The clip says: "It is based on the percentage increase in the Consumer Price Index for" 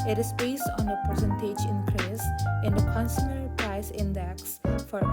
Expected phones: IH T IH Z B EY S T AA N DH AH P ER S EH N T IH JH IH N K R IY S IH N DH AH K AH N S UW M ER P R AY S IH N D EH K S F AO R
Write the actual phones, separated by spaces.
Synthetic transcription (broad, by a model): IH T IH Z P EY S AA N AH P ER S EH N T IH JH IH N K R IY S IH N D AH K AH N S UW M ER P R AY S IH N D EH K S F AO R